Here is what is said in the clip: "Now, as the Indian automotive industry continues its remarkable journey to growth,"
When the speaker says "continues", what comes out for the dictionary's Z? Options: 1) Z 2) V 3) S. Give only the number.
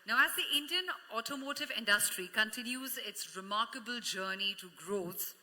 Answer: 1